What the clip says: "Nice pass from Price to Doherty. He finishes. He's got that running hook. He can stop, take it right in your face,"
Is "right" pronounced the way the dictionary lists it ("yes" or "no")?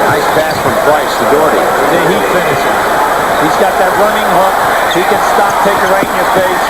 no